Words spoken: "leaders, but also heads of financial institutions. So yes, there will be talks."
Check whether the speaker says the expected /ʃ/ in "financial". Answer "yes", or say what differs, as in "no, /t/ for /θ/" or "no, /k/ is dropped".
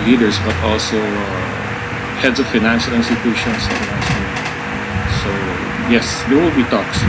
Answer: yes